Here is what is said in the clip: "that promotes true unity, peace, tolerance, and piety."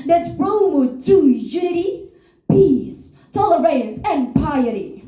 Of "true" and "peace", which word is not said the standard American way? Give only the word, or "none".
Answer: true